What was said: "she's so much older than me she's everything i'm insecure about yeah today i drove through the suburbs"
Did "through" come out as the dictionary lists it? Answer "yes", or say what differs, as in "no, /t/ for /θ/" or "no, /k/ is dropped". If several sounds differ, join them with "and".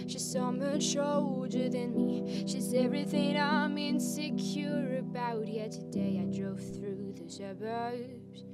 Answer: yes